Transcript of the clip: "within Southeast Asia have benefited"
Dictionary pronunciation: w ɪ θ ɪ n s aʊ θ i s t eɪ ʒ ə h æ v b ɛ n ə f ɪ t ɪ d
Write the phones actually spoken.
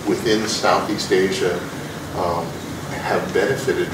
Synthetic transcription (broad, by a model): w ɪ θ ɪ n s aʊ θ i s t eɪ ʒ ə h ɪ v b ɛ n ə f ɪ t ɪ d